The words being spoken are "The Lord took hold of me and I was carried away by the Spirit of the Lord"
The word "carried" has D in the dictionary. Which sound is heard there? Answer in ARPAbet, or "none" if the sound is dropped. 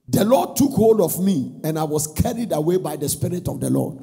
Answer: D